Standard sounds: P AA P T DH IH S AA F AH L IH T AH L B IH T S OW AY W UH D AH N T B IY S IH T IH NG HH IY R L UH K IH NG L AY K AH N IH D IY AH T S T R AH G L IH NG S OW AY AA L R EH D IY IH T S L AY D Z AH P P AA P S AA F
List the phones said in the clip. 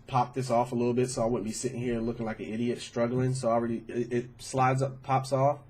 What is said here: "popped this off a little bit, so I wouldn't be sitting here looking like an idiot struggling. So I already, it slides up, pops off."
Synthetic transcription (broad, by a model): P AA P DH IH S AA F AH L IH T L B IH T S OW AY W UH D N B IY S IH T IH NG HH IY R L UH K IH NG L AY K AH N IH D IY AH T S T R AH G L IH NG S OW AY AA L R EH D IY IH T S L AY D Z AH P P AA P S AA F